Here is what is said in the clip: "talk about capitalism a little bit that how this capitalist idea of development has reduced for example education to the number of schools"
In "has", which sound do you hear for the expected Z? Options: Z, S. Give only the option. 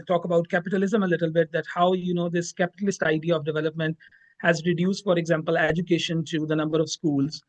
Z